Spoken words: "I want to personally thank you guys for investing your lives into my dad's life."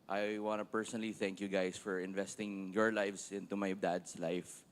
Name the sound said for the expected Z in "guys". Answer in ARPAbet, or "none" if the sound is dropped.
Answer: S